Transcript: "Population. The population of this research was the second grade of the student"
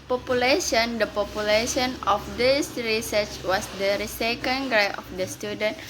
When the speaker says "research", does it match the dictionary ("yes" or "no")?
yes